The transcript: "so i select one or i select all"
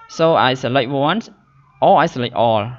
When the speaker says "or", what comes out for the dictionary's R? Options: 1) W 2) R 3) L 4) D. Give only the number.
3